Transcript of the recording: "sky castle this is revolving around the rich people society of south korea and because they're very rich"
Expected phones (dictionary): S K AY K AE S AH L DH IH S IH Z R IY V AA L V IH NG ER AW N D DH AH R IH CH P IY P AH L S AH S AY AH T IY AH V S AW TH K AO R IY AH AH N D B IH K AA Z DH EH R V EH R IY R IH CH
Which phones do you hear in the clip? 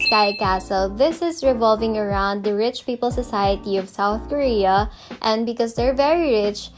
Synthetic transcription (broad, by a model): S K AY K AE S AH L DH IH S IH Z R IY V AA L V IH NG ER AW N D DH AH R IH CH P IY P AH L S AH S AY AH T IY AH V S AW TH K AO R IY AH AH N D B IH K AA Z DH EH R V EH R IY R IH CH